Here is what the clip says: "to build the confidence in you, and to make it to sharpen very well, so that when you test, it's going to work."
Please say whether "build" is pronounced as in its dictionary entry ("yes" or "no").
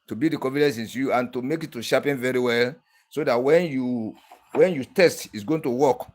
no